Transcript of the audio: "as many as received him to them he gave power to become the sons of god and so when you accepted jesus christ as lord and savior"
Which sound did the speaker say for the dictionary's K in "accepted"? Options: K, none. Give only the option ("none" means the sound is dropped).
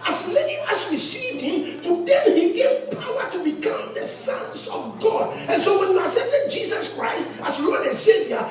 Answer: none